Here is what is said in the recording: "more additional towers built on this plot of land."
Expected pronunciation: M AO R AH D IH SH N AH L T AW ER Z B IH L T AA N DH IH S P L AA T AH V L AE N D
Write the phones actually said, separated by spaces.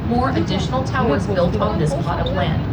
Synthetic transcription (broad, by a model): M AO R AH D IH SH N L T AW ER Z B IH L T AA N DH IH S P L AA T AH P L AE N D